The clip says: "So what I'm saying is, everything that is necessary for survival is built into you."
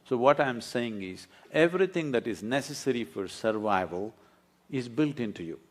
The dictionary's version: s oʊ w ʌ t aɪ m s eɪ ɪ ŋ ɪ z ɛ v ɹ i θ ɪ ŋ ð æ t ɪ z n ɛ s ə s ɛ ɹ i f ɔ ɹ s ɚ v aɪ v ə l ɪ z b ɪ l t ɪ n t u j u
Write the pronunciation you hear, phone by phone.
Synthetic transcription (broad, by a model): s oʊ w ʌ t aɪ m s eɪ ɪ ŋ ɪ z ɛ v ɹ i t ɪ ŋ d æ t ɪ z n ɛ s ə s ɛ ɹ i f ɔ ɹ s ɚ v aɪ v ə l ɪ z b ɪ l t ɪ n t u j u